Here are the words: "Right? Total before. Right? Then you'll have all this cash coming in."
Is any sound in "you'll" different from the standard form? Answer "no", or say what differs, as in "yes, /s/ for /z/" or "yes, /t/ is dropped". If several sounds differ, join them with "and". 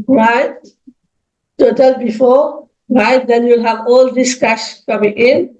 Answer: no